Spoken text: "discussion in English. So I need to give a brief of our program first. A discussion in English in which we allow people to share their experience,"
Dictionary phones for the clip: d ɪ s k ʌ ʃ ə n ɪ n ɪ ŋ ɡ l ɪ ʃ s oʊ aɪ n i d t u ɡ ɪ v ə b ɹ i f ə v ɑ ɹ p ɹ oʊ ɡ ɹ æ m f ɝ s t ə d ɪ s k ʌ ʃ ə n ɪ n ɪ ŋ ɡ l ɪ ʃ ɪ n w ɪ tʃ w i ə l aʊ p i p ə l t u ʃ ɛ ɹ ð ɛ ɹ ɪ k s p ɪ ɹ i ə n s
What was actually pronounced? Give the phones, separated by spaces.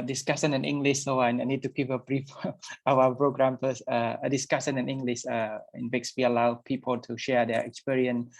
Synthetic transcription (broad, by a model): d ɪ s k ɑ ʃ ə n ɪ n ɪ ŋ ɡ l ɪ ʃ s oʊ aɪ n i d t u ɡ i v ə b ɹ i f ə w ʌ p ɹ oʊ ɡ ɹ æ m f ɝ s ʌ ə d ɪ s k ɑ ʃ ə n ɪ n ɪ ŋ ɡ l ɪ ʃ ɪ n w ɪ s w i ə l aʊ p i p ə l t u ʃ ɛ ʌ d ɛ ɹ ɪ k s p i ɹ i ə n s